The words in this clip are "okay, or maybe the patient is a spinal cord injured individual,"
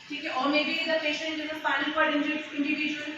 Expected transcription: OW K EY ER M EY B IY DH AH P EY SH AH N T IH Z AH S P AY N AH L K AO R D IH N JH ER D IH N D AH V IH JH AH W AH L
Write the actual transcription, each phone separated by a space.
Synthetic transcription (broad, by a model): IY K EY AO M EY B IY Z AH P EY SH AH N T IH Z AH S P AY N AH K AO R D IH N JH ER IH N D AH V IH JH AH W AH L